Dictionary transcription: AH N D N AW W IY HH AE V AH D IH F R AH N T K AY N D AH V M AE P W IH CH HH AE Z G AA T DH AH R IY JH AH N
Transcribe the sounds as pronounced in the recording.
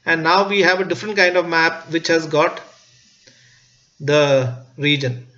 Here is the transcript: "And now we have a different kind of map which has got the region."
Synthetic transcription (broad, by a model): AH N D N AW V IY HH AE V AH D IH F R AH N T K AY N D AH V M AE P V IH CH HH AE Z G AA T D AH R IY JH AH N